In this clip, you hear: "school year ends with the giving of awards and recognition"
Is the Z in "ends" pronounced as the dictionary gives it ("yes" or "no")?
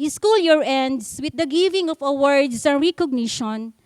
no